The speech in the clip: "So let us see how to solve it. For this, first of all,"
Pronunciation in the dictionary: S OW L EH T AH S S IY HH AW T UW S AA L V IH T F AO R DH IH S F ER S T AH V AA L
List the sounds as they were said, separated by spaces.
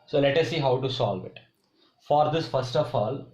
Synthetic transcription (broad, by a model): S OW L EH T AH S S IY HH AW T UW S AA L V IH T F AO R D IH S F ER S T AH F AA L